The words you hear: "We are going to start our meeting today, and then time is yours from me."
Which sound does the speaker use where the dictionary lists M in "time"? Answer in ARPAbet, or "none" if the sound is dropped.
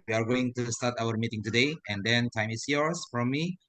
M